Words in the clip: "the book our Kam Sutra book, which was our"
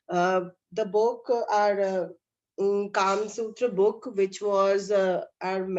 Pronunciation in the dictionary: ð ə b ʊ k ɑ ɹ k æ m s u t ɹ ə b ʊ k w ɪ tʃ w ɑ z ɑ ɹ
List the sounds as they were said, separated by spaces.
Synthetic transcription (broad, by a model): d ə b ʊ k ɑ ɹ k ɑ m s u t ɹ ə b ʊ k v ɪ tʃ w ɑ z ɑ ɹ